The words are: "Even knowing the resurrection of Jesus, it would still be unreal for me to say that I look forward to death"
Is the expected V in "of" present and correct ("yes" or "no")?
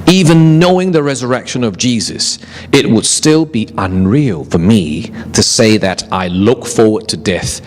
yes